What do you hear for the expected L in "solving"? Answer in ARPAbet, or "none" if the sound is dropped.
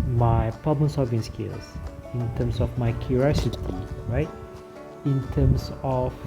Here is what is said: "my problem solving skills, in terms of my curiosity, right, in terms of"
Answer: none